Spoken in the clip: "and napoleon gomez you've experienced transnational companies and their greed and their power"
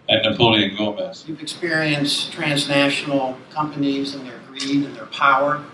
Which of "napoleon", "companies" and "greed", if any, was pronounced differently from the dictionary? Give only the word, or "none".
none